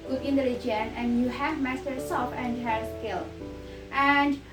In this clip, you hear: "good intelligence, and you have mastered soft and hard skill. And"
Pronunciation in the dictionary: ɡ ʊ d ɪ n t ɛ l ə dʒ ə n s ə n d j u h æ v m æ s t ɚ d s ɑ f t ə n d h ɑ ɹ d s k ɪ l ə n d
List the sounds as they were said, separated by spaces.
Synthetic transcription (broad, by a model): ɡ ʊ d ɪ n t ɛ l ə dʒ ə n ə n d j u h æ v m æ s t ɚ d s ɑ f ə n d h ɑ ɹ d s k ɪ l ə n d